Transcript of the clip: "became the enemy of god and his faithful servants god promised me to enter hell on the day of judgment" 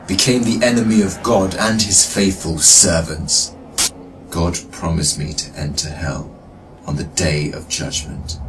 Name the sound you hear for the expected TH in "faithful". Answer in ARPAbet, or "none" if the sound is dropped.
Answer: TH